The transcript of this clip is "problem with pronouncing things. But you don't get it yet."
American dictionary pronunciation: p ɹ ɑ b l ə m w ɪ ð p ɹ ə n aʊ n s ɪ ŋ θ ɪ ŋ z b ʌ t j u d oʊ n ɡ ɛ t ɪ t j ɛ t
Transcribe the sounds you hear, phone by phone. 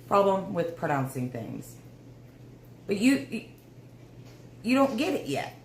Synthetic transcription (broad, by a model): p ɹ ɑ b l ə m w ɪ ð p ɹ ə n aʊ n s ɪ ŋ θ ɪ ŋ z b ʌ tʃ j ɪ d oʊ n ɡ ɛ t ɪ t j ɛ t